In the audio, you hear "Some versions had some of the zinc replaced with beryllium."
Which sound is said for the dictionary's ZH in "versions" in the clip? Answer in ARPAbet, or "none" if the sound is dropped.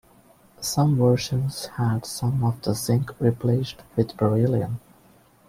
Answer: SH